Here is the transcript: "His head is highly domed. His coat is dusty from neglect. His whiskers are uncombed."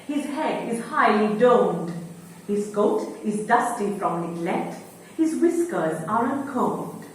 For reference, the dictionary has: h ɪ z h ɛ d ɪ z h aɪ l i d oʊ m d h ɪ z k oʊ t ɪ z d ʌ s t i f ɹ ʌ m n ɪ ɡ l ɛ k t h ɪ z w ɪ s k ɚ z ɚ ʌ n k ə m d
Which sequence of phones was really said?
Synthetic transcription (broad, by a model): h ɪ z h ɛ d ɪ z h aɪ l i d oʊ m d h ɪ z k oʊ t ɪ z d ʌ s t i f ɹ ʌ m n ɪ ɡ l ɛ t h ɪ z w ɪ s k ɚ z ɚ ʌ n k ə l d